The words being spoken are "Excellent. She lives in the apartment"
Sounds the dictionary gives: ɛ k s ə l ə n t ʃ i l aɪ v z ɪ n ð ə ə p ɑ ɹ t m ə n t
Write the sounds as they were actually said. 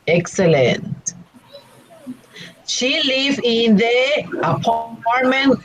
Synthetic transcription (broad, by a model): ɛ k s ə l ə n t ʃ i l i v ɪ n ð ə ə p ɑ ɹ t m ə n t